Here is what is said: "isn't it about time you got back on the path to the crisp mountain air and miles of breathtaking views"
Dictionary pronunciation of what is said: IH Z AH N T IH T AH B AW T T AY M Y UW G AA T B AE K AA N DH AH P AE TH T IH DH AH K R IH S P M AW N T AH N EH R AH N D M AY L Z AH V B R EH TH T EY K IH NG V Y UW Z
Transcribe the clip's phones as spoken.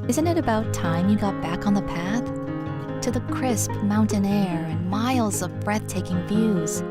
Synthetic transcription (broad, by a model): IH Z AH N T IH T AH B AW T T AY M Y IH G AA T B AE K N DH AH P AE TH T IH DH AH K R IH S P M AW N T AH N EH R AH N M AY L Z AH V B R EH TH T EY K IH NG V Y UW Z